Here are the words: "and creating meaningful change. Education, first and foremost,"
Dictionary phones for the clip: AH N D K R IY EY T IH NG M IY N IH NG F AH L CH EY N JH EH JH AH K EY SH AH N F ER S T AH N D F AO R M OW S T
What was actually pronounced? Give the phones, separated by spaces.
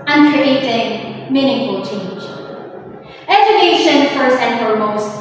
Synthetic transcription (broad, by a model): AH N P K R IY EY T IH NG M IY N IH NG F AH L CH EY N JH EH JH AH K EY SH AH N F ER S AH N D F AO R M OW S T